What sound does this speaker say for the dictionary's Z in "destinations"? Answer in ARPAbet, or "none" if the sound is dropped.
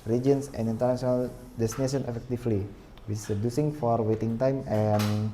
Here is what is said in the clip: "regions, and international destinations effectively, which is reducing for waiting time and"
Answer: none